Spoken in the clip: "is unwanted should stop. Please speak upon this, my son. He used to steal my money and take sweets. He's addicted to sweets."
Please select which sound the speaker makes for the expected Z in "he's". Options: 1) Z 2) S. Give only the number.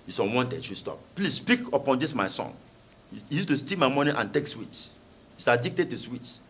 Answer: 2